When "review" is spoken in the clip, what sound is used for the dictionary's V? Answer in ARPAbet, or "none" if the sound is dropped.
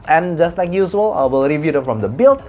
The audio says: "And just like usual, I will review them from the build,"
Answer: V